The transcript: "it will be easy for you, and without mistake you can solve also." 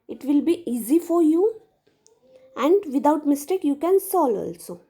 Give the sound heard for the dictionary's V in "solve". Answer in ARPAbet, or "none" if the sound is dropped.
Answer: none